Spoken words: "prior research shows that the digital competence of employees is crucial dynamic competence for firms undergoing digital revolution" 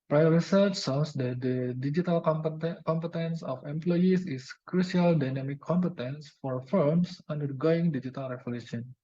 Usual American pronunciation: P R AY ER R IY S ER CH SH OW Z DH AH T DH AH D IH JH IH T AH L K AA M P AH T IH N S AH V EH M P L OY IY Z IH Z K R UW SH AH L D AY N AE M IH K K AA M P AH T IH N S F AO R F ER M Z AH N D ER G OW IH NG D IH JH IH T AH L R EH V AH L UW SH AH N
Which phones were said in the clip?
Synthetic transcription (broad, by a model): P R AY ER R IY S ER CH S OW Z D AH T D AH D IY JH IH T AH L K AA M P AH T IH N S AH F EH M P L OY IY S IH S K R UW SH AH L D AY N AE M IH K K AA M P AH T IH N S F AO R F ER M S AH N D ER G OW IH NG D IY JH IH T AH L R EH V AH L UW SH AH N